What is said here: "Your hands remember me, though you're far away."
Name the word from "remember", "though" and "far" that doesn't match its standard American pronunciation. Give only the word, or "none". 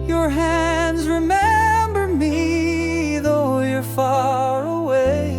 none